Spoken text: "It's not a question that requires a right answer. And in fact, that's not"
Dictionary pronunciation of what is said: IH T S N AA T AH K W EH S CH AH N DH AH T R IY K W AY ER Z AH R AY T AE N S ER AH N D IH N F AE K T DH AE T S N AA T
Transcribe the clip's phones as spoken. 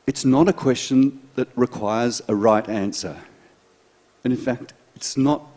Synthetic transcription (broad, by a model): IH T S N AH T AH K W EH S CH AH N DH AH T R IY K W AY ER Z AH R AY T AE N S ER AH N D IH N F AE K T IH T S N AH T